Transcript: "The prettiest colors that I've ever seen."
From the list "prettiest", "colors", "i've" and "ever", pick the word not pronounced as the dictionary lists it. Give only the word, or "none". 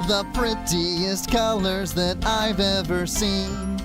none